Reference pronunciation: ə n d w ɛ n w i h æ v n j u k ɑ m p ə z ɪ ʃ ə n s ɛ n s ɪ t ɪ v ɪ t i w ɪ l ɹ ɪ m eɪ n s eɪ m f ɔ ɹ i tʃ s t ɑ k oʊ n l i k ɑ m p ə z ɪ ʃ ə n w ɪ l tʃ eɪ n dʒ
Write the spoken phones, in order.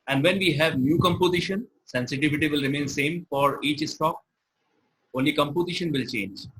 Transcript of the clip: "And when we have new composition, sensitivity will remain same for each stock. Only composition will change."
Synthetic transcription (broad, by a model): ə n d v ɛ n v i h æ v n j u k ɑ m p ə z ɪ ʃ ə n s ɛ n s ɪ t ɪ v ɪ t i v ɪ l ɹ ɪ m eɪ n s eɪ m f ɔ ɹ i tʃ s t ɑ k oʊ n l i k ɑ m p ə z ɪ ʃ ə n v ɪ l tʃ eɪ n dʒ